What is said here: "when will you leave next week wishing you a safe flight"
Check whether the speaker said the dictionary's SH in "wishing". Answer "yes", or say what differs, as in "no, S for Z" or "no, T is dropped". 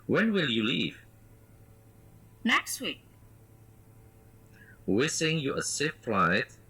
no, S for SH